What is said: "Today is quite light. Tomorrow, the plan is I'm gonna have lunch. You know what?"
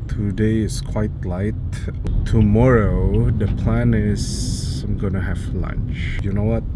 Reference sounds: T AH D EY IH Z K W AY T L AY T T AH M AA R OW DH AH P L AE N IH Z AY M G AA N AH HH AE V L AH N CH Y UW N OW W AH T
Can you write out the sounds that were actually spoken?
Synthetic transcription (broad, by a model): T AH D EY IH S K W AY T L AY T T AH M AA R OW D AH P L AE N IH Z AY M G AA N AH HH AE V L AH N CH Y UW N OW W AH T